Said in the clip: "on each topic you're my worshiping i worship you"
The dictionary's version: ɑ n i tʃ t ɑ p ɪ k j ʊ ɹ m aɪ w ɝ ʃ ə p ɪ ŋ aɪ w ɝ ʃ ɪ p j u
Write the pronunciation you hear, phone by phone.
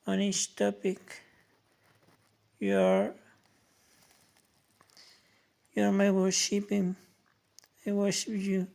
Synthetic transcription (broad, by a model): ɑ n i s t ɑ p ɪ k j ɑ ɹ m aɪ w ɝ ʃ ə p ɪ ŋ aɪ w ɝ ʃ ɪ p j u